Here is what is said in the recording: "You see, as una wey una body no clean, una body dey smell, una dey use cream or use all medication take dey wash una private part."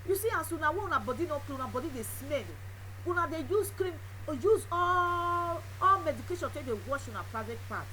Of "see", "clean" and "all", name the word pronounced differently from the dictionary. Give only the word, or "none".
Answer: clean